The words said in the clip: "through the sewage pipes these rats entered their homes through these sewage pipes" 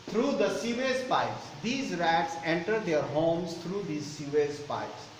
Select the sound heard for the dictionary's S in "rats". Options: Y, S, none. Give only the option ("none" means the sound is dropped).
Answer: S